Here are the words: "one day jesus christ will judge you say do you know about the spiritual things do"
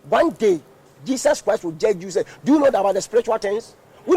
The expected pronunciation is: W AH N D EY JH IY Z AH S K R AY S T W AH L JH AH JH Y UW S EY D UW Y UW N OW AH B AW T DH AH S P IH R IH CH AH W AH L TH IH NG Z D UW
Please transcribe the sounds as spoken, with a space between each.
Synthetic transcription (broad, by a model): W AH N D EY JH IY S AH S K R AY S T W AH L JH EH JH Y UW S EY D UW Y UW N OW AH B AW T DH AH S P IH R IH CH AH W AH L T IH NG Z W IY